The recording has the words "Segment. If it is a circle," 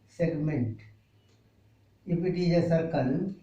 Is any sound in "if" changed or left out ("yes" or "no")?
yes